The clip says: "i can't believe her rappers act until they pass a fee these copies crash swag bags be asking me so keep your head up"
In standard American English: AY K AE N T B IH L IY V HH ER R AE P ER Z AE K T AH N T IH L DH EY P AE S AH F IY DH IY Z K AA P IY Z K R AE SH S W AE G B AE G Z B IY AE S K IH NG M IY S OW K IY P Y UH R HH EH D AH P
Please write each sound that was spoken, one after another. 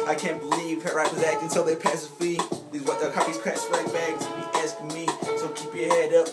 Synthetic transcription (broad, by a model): AY K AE N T B IH L IY V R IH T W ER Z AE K AH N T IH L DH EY P AE S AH F IY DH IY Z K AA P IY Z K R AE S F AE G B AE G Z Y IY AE S K M IY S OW K IY P Y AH R HH EH D AH P